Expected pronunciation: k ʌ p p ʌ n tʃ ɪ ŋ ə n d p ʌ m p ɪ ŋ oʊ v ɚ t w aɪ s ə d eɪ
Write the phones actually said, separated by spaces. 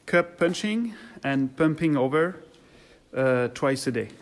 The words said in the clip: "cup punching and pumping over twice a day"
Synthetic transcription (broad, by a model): k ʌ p p ʌ n tʃ ɪ ŋ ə n p ʌ m p ɪ ŋ oʊ v ɚ t w aɪ s ə d eɪ